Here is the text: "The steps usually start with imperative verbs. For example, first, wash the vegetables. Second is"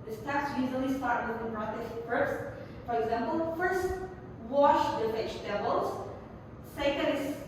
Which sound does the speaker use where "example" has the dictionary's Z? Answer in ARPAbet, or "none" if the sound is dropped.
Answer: Z